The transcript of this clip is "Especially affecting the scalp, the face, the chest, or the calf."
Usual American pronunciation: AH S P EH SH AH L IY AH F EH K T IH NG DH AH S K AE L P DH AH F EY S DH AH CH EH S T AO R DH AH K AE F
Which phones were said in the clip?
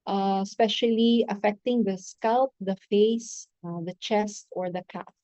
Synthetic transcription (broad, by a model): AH S P EH SH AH L IY AH F EH K T IH NG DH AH S K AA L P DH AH F EY S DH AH CH EH S T AO R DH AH K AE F